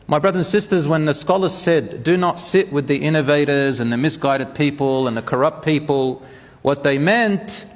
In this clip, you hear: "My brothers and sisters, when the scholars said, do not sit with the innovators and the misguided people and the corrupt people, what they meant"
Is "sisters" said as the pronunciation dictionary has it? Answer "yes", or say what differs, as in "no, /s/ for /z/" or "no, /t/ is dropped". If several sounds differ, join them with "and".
yes